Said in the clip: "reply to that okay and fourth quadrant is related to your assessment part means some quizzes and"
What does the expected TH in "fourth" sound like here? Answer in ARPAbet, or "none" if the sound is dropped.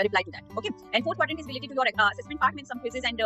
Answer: T